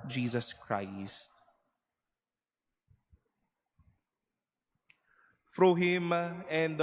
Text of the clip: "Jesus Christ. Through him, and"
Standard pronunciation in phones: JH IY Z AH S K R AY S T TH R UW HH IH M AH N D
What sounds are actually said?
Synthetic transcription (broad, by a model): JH IY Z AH S K R AY S T F R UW HH IH M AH N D